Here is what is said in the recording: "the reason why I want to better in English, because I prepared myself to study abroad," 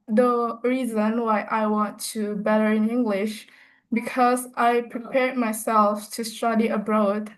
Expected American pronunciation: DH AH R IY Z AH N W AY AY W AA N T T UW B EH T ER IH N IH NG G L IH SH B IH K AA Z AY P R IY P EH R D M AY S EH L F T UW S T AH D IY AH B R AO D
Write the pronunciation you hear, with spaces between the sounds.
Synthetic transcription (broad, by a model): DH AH R IY Z AH N W AY AY W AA N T T UW B EH T ER IH N IH NG G L IH SH B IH K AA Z AY P R IY P EH R D M AY S EH L F T UW S T AH D IY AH B R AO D